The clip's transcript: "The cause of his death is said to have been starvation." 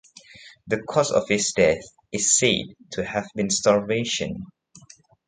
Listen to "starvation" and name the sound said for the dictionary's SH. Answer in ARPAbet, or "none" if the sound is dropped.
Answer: SH